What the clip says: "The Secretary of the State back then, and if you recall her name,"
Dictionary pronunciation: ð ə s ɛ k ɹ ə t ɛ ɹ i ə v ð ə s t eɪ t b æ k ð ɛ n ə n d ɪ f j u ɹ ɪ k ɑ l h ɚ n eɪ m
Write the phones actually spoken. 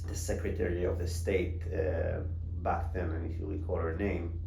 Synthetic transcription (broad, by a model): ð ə s ɛ k ɹ ə t ɛ ɹ i ə v ð ə s t eɪ t b æ k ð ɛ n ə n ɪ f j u l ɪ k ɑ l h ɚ n eɪ m